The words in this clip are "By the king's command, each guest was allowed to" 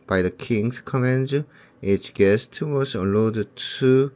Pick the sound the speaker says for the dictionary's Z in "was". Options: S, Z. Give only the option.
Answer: S